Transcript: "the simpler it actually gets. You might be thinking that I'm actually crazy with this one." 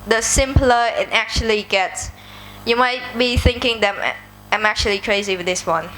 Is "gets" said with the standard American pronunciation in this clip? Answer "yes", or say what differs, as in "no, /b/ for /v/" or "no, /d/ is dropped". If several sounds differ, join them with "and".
yes